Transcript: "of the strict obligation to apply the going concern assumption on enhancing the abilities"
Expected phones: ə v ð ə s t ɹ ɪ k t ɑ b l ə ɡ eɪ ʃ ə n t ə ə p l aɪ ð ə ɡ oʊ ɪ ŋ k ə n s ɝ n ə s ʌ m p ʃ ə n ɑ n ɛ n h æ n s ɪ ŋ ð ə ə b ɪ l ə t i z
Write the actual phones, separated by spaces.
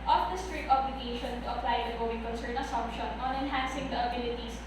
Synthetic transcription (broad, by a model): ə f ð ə s t ɹ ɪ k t ɑ b l ə ɡ eɪ ʃ ə n t ə ə p l aɪ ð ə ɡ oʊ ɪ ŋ k ə n s ɝ n ə s ʌ m p ʃ ə n ɑ n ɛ n h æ n s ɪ ŋ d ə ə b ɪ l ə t i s